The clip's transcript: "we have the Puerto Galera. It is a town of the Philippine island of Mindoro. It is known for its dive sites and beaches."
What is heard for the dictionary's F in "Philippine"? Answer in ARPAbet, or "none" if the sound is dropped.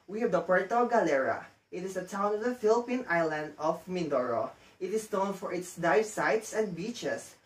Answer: F